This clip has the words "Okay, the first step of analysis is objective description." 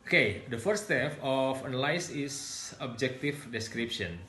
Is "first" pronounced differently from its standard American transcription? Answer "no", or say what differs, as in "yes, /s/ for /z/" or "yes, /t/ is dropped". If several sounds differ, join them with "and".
yes, /s/ is dropped